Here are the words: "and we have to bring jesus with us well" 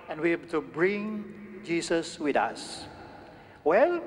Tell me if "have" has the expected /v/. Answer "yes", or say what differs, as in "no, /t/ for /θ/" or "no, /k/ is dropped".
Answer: no, /b/ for /v/